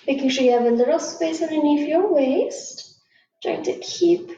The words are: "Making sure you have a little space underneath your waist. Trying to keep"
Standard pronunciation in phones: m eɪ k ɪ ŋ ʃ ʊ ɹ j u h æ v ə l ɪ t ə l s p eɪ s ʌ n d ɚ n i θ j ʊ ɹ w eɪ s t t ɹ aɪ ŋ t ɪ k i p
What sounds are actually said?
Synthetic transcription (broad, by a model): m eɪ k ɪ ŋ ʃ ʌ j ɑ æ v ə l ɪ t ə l s p eɪ s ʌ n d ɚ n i f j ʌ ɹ w eɪ s t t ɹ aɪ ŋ t ɪ k i p